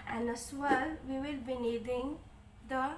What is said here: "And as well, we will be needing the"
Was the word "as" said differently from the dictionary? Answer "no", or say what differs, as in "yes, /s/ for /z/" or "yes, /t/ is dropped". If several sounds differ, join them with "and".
yes, /s/ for /z/